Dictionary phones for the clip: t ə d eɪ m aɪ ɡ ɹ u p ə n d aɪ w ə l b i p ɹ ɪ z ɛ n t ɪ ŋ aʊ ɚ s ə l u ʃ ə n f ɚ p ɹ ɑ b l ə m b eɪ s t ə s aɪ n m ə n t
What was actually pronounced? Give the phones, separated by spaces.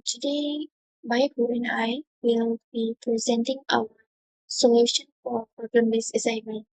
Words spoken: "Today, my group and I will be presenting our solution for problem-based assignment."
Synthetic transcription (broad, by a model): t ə d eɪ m aɪ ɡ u ə n aɪ w ə l b i p ɹ ɪ z ɛ n t ɪ ŋ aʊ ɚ s ə l u ʃ ə n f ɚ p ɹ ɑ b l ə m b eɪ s ə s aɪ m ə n